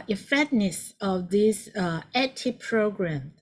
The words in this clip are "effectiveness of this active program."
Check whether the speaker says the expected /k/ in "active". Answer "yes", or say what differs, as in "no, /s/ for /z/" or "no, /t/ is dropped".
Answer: no, /k/ is dropped